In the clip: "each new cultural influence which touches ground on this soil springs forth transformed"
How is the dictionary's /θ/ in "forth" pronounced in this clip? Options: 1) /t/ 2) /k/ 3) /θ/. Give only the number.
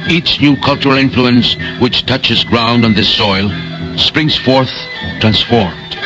3